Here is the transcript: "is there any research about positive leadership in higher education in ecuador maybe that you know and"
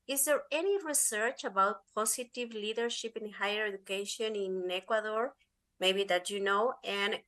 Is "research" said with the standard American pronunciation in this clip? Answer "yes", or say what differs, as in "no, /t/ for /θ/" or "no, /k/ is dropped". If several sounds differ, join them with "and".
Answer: yes